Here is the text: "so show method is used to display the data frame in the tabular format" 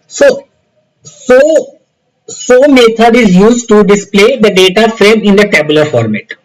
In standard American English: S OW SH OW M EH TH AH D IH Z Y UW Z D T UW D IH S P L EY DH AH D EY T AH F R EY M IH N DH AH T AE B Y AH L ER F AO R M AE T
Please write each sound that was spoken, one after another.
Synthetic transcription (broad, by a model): S OW S OW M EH T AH D IH Z Y UW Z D T UW D IH S P L EY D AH D EY T AH F R EY M IH N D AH T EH B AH L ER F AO R M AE T